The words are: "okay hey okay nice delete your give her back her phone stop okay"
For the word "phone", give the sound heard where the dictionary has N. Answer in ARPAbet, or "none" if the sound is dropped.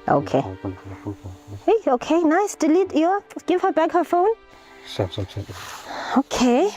N